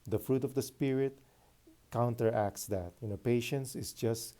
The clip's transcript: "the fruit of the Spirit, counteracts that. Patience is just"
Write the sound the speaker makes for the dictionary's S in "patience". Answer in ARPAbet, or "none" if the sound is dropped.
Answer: S